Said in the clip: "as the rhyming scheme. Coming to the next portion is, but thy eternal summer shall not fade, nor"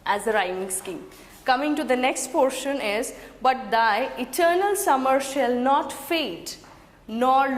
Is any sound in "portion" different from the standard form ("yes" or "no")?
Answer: no